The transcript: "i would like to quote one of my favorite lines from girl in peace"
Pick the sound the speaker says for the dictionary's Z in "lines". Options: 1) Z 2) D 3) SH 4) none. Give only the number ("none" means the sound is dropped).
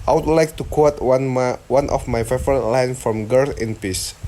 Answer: 4